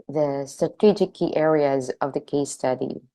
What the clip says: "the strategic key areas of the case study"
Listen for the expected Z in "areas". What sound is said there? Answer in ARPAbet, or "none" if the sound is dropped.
Z